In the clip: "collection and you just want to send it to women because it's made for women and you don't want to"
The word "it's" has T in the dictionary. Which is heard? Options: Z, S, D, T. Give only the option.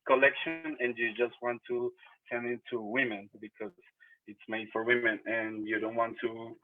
T